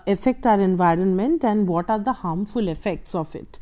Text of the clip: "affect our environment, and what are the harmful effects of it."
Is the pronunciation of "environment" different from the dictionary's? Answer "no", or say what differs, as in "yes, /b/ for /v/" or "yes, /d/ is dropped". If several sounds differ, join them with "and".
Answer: no